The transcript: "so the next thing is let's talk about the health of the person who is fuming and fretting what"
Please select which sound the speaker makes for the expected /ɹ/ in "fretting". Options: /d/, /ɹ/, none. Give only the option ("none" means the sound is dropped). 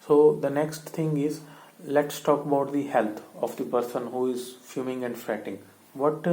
/ɹ/